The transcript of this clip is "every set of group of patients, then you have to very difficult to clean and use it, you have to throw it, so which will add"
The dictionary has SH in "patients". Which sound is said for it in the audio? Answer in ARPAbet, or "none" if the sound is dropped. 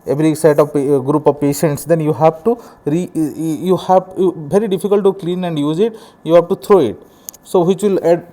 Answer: SH